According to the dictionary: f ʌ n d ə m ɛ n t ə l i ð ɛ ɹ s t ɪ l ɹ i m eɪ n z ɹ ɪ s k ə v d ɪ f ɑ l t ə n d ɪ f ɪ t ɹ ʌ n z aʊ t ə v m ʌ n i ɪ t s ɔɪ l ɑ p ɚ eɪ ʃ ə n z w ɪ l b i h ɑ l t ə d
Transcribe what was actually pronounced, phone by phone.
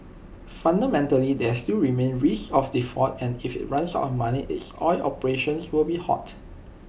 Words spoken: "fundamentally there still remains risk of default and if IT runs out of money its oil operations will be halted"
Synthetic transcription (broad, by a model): f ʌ n d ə m ɛ n t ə l i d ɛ s t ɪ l ɹ i m eɪ n ɹ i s ə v d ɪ f ɑ t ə n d ɪ f ɪ t ɹ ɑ n s aʊ t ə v m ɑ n i ɪ t s ɔɪ l ɑ p ɚ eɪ ʃ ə n s w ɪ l b i h ɑ t